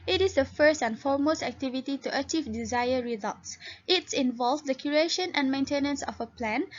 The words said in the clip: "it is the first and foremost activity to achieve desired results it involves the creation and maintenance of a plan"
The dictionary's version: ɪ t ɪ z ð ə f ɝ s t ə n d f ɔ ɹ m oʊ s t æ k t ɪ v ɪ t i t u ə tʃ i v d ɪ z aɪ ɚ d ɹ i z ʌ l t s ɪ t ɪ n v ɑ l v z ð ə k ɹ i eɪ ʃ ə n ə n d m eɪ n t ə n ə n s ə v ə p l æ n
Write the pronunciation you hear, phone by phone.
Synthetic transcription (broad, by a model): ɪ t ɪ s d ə f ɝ s t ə n f ɔ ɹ m oʊ s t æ k t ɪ v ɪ t i t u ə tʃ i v d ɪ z aɪ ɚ ɹ i z ʌ l t s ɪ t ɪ n v ɑ l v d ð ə k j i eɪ ʃ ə n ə n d m eɪ n t ə n ə n s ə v ə p l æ n